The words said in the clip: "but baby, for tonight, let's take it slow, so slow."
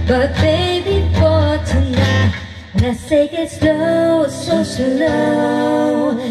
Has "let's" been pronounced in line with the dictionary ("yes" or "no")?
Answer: no